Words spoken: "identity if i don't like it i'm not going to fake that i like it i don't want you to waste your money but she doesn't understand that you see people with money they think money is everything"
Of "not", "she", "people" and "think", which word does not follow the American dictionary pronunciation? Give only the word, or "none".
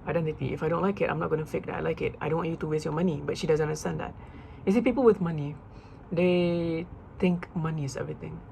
think